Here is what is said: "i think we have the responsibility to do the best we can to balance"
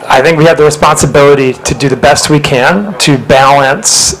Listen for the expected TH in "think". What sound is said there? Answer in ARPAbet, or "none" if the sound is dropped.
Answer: TH